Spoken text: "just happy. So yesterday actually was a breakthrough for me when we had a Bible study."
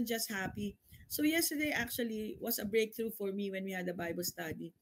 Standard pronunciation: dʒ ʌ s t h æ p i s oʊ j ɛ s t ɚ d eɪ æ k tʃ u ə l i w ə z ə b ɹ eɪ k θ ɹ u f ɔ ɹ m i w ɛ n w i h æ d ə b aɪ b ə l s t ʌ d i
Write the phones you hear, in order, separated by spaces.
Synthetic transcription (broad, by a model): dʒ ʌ s t h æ p i s oʊ j ɛ s t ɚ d eɪ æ k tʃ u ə l i w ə s ə b ɹ eɪ k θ ɹ u f ɔ ɹ m i w ɛ n w i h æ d ə b aɪ b ə l s t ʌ d i